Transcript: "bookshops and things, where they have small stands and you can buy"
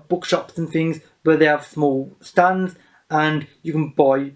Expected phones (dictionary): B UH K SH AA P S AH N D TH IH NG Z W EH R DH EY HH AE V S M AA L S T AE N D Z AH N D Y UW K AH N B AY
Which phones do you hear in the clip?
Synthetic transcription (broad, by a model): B UH K SH AA P S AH N TH IH NG Z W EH DH EY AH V S M AA L S T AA N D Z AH N Y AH K AH N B AY